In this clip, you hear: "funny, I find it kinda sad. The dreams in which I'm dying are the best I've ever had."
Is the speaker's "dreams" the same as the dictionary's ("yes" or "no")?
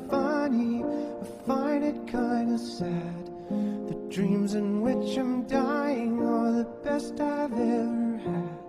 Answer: yes